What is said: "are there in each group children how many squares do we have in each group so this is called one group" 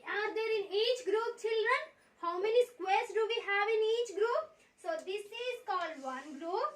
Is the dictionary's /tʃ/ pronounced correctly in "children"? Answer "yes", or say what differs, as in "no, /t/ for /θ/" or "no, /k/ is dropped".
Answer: yes